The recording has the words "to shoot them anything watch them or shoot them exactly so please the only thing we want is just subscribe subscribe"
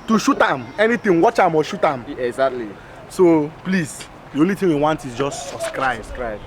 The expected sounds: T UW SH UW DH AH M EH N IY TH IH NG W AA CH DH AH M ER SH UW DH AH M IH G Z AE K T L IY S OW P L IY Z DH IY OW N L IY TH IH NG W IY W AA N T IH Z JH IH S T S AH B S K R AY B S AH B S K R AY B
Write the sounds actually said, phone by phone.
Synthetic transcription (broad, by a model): T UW SH UW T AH M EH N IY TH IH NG W AA CH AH M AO SH UW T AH M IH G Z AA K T L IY S OW P L IY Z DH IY OW N L IY T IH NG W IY W AA N T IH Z JH IH S T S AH S K R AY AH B S K R AY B